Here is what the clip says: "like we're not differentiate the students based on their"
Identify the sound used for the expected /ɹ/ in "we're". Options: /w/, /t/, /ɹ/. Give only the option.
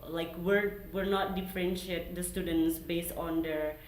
/ɹ/